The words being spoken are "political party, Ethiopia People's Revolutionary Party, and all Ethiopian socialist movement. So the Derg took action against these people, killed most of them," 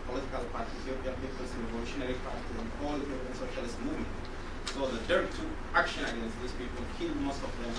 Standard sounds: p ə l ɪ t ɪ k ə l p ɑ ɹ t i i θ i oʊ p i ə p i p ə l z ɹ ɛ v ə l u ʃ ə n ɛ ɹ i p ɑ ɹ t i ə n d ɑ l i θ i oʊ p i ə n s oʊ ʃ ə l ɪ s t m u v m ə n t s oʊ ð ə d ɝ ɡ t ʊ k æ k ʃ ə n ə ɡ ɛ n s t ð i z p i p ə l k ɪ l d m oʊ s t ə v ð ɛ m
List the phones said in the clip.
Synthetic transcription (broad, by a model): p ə l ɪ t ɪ k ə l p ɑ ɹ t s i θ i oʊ p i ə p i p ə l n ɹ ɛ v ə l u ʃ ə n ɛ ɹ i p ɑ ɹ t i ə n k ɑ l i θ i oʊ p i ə n s oʊ ʃ ə l ɪ s t m u v m ə n t s oʊ ð ə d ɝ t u æ k ʃ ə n ə ɡ ɛ n s t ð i s p i p ə l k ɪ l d m oʊ s t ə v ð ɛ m